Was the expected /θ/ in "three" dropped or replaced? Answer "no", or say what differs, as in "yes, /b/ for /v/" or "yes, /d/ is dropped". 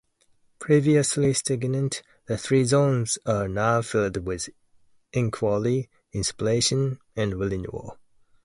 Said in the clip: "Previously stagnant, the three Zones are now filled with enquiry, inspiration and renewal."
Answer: no